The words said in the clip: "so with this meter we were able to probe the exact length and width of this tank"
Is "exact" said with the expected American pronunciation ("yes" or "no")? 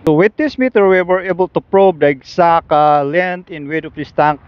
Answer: no